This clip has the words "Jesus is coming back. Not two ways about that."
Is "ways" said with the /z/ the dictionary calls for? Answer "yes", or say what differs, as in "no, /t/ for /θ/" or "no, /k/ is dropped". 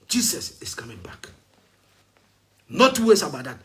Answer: no, /s/ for /z/